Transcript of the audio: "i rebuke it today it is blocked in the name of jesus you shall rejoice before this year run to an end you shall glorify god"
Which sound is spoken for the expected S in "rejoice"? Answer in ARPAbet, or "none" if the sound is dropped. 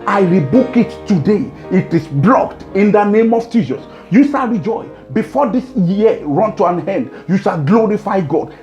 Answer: none